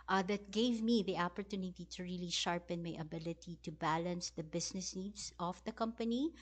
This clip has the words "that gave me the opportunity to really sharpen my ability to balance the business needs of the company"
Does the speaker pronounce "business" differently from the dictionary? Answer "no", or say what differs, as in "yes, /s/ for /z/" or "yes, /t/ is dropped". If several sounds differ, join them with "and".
yes, /s/ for /z/